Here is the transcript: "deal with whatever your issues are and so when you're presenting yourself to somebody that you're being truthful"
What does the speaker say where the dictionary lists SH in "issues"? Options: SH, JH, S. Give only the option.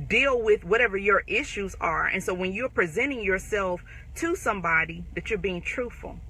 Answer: SH